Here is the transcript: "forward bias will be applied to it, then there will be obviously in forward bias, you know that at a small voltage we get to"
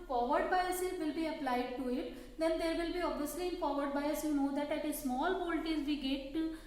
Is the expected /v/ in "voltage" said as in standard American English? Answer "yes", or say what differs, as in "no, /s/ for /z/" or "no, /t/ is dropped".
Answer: no, /p/ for /v/